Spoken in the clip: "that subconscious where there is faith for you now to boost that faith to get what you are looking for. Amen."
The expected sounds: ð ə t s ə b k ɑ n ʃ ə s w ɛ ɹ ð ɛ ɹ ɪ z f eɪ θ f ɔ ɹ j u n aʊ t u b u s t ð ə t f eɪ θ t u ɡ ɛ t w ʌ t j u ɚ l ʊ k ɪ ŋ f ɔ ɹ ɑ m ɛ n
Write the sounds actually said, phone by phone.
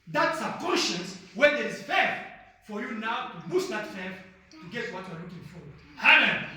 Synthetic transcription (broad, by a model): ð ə t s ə k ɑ n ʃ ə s w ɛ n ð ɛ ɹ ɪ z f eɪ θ f ɔ ɹ j u n aʊ t u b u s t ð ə t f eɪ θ t u ɡ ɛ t w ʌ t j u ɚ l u k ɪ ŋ f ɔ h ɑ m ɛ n